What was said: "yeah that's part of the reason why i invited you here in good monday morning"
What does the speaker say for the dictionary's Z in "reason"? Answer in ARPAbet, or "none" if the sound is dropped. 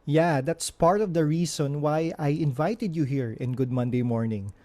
S